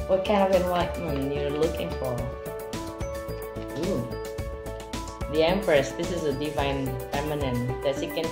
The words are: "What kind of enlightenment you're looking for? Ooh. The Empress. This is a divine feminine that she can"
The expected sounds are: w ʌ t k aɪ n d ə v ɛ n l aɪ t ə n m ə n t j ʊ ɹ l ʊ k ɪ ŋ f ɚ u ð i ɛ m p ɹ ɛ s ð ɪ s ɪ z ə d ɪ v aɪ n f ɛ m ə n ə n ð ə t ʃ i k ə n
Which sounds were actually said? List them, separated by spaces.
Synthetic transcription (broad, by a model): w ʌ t k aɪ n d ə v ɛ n w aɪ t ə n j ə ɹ l ʊ k ɪ ŋ f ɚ u ð i ɛ m p ɹ ɛ s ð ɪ s ɪ z ə d ɪ v aɪ n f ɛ m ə n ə n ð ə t s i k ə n